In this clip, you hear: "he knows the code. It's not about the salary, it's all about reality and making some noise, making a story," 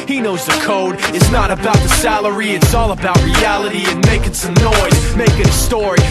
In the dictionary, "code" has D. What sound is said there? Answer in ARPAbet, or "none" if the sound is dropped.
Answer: D